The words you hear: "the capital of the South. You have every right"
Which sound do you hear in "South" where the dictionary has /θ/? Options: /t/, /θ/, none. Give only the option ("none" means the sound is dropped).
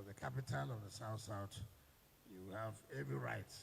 /t/